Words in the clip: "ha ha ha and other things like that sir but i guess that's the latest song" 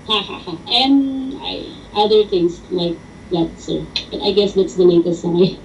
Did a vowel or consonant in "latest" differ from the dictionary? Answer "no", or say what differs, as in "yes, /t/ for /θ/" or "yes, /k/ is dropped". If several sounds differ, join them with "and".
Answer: yes, /n/ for /l/